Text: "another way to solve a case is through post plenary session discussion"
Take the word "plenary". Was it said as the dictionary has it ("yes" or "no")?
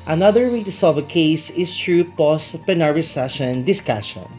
no